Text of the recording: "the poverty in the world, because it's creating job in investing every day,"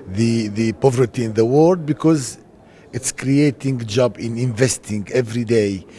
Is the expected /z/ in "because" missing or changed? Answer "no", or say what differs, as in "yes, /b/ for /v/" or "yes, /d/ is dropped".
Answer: no